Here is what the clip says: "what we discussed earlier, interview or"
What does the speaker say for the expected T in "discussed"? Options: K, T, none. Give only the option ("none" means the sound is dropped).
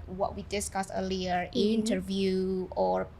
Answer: none